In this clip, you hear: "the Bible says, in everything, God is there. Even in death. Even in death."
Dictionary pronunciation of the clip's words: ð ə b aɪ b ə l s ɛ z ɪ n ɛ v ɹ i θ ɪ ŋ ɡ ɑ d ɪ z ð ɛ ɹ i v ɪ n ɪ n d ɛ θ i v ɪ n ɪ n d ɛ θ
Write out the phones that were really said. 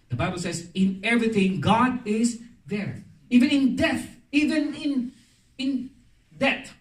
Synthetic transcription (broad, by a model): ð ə b aɪ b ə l s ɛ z ɪ n ɛ v ɹ i θ ɪ ŋ ɡ ɑ d ɪ z ð ɛ ɹ i v ɪ n ɪ n d ɛ θ i v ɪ n ɪ n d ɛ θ